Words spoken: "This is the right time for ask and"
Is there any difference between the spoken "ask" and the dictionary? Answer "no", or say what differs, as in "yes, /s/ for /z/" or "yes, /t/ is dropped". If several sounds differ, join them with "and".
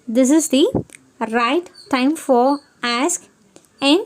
no